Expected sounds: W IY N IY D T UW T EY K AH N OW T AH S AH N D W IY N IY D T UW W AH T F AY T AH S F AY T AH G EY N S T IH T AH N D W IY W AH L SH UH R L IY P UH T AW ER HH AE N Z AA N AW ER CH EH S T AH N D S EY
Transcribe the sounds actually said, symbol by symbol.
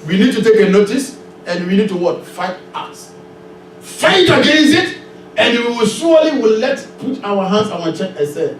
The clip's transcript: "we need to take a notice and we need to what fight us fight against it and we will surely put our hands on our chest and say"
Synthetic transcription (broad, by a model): W IY N IY D T UW T EY K AH N OW T AH S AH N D W IY N IY D T UW W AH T F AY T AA S F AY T AH G EY N S T IH T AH N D W IY W AH L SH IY W L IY P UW T AW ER HH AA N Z AA N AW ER CH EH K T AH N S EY